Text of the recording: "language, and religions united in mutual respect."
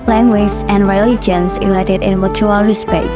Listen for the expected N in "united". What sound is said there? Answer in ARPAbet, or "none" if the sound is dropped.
L